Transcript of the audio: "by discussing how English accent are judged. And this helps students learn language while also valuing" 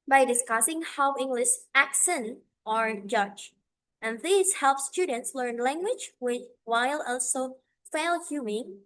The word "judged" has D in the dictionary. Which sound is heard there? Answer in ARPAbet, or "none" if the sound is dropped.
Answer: none